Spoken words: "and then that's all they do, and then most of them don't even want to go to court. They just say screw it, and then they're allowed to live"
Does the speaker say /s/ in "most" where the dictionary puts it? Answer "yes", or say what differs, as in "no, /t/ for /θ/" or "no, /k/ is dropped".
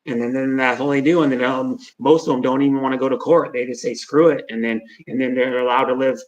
no, /θ/ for /s/